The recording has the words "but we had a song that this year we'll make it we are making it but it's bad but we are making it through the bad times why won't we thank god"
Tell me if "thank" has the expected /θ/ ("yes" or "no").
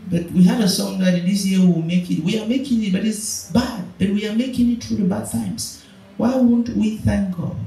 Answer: yes